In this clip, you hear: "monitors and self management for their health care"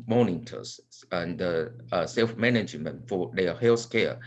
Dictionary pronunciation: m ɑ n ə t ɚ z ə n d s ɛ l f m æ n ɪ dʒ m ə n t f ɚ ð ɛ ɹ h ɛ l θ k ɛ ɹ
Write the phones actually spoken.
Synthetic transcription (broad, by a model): m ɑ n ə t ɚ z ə n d s ɛ l f m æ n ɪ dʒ m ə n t f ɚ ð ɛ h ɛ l s k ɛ